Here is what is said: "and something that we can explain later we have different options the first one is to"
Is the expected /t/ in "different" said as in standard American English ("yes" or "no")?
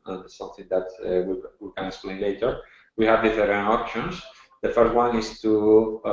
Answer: no